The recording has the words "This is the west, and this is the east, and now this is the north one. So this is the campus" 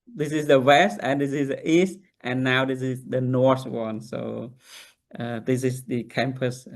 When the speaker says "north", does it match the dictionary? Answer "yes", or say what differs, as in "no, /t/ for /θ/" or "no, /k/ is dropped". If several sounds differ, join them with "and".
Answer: yes